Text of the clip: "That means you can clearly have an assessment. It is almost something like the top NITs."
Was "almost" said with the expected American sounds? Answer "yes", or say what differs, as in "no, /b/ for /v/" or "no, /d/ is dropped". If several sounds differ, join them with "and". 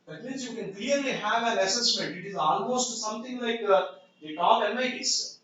no, /n/ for /l/